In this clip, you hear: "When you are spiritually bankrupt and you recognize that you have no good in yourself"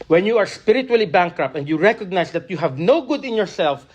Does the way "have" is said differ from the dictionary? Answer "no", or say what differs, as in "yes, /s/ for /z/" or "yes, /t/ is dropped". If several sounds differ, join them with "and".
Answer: no